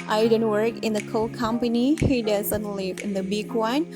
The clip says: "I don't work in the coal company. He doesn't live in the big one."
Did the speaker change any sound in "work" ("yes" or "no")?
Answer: no